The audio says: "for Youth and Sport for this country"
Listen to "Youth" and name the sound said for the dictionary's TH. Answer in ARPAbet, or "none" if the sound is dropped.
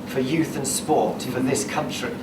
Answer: TH